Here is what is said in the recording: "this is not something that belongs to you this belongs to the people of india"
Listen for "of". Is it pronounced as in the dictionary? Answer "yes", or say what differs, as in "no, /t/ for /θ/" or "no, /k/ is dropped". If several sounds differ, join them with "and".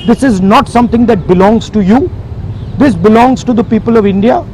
yes